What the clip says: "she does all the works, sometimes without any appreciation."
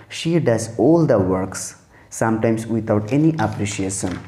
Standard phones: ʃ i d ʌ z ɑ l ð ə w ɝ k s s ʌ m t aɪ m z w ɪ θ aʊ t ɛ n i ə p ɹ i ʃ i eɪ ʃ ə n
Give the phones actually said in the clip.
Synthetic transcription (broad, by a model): ʃ i d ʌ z ɑ l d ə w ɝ k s s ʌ m t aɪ m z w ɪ t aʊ t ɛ n i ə p ɹ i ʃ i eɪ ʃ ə n